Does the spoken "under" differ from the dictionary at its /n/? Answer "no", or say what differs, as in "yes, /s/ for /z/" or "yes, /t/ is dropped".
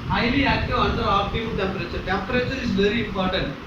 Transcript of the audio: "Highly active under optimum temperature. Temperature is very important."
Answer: yes, /l/ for /n/